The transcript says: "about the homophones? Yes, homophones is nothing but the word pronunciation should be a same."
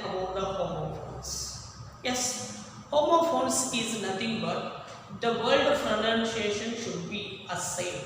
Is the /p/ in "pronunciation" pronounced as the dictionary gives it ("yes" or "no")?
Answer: no